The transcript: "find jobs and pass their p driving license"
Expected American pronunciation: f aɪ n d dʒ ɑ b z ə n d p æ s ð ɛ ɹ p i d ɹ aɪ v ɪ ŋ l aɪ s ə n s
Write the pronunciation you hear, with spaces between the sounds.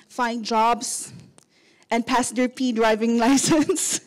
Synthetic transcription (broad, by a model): f aɪ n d dʒ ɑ b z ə n p æ s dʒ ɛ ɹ p i d ɹ aɪ v ɪ ŋ l aɪ s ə n s